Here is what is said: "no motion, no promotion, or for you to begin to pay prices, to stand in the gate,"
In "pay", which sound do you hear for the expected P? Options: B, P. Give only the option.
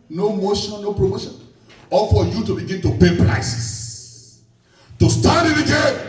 B